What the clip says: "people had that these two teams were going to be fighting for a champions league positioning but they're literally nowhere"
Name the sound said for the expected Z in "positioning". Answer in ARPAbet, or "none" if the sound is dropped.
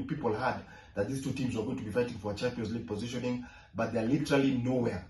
Z